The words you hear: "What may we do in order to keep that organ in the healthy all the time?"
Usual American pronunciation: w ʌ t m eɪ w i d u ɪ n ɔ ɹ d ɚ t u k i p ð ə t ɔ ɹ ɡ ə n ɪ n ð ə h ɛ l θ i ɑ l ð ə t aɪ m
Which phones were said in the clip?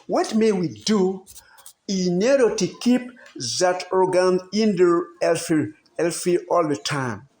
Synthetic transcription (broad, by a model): w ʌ t m eɪ w i d u ɪ n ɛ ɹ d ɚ t u k i p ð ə t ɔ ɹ ɡ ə n ɪ n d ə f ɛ l f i ɑ l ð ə t aɪ m